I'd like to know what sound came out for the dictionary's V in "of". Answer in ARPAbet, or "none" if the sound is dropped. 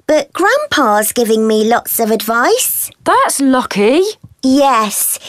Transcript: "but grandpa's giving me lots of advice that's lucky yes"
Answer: V